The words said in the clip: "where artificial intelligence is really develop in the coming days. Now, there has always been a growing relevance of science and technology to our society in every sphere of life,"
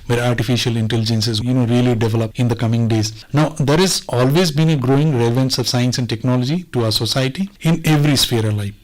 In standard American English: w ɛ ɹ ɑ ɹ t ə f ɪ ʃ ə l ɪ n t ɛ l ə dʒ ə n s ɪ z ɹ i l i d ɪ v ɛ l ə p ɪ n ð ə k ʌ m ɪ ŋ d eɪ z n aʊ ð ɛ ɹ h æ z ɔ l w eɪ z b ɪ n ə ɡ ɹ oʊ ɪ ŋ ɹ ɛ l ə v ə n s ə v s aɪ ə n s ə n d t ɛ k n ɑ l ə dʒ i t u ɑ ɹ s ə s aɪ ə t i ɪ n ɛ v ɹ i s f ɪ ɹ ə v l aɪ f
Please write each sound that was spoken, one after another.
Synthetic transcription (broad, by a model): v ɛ ɹ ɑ ɹ t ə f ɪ ʃ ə l ɪ n t ɛ l ə dʒ ə n s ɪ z ɹ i l i d ɪ v ɛ l ə p ɪ n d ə k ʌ m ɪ ŋ d eɪ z n aʊ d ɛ ɹ h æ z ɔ l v eɪ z b ɪ n ə ɡ ɹ oʊ ɪ ŋ ɹ ɛ l ə v ə n s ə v s aɪ ə n s ə n d t ɛ k n ɑ l ə dʒ i t u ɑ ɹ s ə s aɪ t i ɪ n ɛ v ɹ i s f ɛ ɹ ə v l aɪ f